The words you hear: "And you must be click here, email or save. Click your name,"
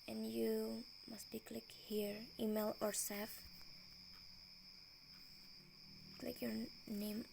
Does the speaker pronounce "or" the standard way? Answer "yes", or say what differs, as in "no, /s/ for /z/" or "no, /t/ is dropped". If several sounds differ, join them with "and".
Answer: yes